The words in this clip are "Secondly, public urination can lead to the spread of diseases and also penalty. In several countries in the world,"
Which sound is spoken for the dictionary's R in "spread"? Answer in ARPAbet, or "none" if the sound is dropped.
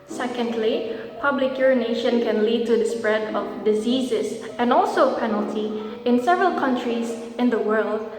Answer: R